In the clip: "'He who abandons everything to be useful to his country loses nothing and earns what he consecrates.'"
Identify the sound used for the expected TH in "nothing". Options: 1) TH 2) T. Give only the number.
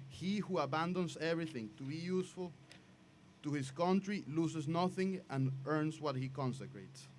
1